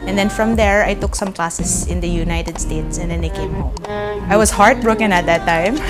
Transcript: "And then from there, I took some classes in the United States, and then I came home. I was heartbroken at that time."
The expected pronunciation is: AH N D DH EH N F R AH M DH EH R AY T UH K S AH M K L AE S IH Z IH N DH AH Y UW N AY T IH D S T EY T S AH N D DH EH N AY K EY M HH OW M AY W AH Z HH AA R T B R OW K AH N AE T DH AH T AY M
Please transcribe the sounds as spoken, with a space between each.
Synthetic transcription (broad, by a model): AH N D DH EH N F R AH M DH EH R AY T UH K S AH M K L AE S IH S IH N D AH Y UW N AY T IH D S T EY T S AH N D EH N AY K EY M HH OW M AY W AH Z HH AA R T B R OW K AH N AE T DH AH T AY M